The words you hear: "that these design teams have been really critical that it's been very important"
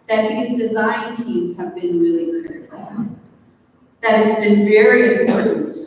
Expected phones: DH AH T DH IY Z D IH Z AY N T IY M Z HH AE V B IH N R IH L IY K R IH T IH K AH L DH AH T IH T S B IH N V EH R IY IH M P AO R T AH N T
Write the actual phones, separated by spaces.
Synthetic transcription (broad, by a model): DH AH T DH IY Z D IH Z AY N T IY M Z HH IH V B IH N R IH L IY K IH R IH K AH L DH AH T IH T S B IH N V EH R IY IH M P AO R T N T